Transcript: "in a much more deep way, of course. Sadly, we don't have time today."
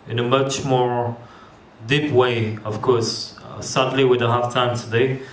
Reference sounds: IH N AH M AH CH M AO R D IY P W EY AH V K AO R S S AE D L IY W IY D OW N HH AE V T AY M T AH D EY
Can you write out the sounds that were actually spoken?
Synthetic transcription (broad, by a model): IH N AH M AH CH M AO R D IY P W EY AH V K AO R S S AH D L IY W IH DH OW HH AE F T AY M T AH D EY